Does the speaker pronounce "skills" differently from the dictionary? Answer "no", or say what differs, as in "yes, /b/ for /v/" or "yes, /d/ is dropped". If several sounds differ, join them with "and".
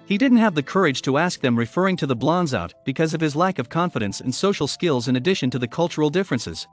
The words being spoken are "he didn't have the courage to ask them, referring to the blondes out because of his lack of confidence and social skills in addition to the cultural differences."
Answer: no